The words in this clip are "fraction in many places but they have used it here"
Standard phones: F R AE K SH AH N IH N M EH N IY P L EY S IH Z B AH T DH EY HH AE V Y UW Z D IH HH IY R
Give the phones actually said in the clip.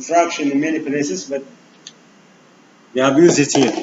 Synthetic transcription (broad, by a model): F R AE K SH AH N IH N M EH N IY P L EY S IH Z B AH T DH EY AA B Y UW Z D IH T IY